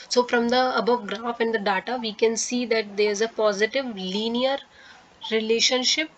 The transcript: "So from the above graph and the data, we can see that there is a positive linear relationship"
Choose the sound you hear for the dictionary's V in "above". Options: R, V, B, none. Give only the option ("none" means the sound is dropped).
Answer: V